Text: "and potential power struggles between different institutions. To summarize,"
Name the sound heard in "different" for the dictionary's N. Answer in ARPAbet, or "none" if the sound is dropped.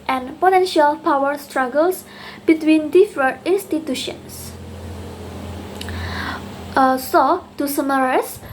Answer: none